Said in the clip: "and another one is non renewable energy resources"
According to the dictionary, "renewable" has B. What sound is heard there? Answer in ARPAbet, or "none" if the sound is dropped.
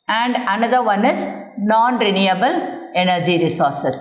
B